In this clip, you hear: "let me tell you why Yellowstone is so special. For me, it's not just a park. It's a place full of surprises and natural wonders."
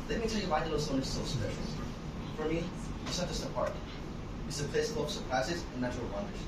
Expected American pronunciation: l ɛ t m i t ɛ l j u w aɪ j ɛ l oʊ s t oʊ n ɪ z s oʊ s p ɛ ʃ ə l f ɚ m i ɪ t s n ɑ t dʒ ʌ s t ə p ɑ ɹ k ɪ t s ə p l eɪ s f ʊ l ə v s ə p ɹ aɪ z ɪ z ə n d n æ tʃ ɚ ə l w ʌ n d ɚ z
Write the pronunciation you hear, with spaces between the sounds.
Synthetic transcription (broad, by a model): l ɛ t m i t ɛ l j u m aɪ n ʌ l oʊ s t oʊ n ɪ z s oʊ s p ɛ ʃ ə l f ɚ m i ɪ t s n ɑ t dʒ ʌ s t ə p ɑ ɹ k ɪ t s ə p eɪ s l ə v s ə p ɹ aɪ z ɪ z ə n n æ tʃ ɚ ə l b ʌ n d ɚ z